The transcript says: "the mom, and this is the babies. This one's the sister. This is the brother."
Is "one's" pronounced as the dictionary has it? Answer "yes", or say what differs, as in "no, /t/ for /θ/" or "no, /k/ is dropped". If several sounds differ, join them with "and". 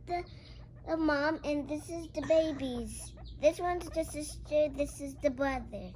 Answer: yes